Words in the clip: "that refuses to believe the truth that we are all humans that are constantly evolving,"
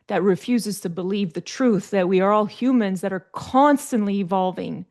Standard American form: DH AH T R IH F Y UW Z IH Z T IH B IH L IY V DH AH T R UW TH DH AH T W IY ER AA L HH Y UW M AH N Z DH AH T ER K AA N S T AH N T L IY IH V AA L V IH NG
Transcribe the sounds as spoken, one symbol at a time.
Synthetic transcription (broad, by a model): DH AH T R IH F Y UW Z IH Z T IH B IH L IY V DH AH T R UW TH DH AH T W IY ER AA L HH Y UW M AH N Z DH AH T ER K AA N S T AH N T L IY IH V AA L V IH NG